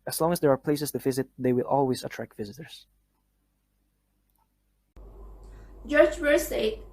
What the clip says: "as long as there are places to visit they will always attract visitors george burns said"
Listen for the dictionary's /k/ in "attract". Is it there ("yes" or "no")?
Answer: yes